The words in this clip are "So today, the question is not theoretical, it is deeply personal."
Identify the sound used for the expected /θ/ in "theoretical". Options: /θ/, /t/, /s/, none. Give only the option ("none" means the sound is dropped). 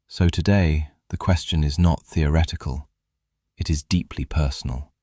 /θ/